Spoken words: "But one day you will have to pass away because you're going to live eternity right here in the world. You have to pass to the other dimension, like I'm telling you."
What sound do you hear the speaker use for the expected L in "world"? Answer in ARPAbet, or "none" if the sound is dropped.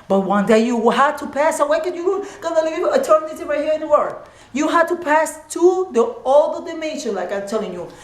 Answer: none